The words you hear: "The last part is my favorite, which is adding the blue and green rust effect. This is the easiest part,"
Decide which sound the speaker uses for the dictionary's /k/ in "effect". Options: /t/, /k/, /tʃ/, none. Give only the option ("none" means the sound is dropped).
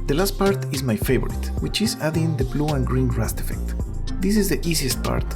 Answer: /k/